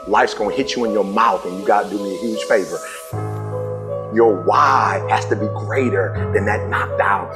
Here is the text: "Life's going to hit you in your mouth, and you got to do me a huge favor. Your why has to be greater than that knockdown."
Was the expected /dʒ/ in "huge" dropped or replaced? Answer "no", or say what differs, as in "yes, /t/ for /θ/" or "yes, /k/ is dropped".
yes, /ʒ/ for /dʒ/